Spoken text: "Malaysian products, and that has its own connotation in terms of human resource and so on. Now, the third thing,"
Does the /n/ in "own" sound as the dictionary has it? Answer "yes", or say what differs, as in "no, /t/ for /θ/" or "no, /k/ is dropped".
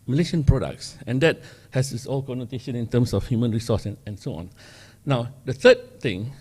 no, /l/ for /n/